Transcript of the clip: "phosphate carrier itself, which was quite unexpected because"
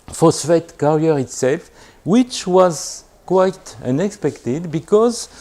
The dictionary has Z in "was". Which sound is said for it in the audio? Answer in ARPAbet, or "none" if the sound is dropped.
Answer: Z